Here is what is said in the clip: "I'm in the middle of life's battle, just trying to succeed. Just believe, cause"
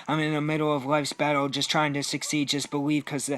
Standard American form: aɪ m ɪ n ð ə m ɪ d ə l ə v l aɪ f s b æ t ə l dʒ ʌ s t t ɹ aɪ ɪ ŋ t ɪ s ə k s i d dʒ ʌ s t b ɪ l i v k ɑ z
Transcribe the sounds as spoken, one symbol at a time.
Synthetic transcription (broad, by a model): aɪ m ɪ n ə m ɪ d l ə v l aɪ f s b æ t l dʒ ʌ s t t ɹ aɪ ɪ ŋ t ɪ s ə k s i d dʒ ʌ s b ɪ l i v k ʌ z